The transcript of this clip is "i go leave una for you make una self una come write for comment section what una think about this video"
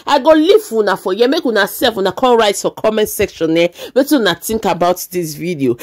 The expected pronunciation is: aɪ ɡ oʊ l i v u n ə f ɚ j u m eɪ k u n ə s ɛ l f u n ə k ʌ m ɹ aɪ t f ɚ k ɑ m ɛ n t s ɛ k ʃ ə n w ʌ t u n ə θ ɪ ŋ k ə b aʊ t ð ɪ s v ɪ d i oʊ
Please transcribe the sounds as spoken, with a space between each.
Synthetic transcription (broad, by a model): aɪ ɡ oʊ l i w u n ə f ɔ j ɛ m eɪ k u n ə s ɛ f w u n ə k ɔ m ɹ aɪ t f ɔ k ɑ m ɛ n t s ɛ k ʃ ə n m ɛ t u n ə t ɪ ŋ k ə b aʊ t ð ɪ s v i d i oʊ